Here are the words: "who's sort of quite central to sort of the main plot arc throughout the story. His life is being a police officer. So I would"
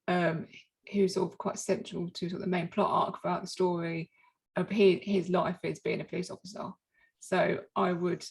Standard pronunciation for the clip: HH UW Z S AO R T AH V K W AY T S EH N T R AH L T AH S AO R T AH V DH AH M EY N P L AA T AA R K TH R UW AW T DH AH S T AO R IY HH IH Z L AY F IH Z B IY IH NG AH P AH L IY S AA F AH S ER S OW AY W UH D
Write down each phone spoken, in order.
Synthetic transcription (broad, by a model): HH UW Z S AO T AH V K W AY T S EH N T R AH L T AH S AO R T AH DH AH M EY N P L AA T AA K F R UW AW T DH AH S T AO R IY HH IH Z L AY F IH Z B IY IH NG AH P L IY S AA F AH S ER S OW AY W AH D